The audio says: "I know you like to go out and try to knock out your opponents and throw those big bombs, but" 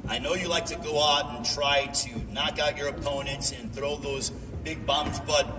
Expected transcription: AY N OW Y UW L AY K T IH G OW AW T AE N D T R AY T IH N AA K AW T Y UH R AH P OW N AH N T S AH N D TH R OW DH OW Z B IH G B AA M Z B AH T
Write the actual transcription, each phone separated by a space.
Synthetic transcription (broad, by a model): AY N OW Y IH L AY K T IH G OW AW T N T R AY T IH N AA K AW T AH R AH P OW N AH N T S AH N TH R OW DH OW Z B IH G B AA M Z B AH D